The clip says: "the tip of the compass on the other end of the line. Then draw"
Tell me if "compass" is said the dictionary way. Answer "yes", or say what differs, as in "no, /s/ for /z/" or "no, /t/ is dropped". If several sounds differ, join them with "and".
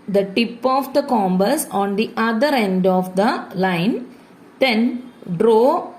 no, /b/ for /p/